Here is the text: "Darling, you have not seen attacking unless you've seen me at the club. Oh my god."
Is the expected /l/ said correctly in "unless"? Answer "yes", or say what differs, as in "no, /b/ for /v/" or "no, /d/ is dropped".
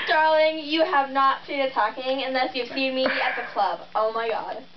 yes